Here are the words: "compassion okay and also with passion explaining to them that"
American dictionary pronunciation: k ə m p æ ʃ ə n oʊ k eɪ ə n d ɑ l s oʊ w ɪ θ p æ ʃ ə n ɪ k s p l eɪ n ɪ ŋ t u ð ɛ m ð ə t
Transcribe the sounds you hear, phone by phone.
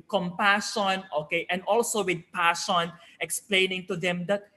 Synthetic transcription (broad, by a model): k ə m p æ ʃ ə n oʊ k eɪ ə n d ɑ l s oʊ w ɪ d p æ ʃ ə n ɪ k s p l eɪ n ɪ ŋ t u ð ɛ m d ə t